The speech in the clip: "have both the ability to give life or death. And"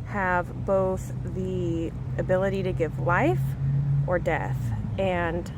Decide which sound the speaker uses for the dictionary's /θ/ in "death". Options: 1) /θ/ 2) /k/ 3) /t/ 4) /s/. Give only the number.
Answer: 1